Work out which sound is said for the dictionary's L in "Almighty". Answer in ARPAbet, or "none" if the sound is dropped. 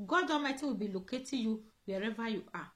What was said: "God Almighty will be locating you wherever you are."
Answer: none